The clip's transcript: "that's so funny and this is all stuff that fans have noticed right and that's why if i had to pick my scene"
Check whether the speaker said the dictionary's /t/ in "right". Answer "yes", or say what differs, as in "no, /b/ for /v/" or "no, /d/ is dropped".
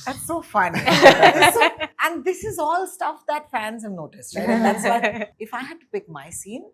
no, /t/ is dropped